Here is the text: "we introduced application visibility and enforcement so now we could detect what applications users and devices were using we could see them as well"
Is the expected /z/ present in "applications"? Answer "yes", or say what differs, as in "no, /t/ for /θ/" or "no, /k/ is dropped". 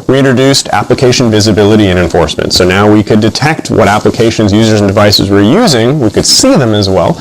yes